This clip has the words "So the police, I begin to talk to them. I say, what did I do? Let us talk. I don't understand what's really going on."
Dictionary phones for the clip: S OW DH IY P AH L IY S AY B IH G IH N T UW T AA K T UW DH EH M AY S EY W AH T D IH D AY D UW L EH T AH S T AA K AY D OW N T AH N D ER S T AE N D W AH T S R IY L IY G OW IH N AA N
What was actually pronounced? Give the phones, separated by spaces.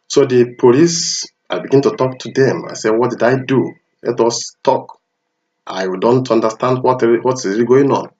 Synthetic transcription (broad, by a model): S OW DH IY P AH L IY S AY B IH G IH N T UW T AA K T UW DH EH M AY S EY W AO T D IH D AY D UW L EH T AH S T AA K AY D OW N T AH N D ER S T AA N D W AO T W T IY IY G OW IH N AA N